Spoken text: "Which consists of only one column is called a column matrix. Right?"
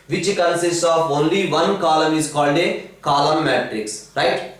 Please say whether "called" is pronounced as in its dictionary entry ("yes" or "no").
yes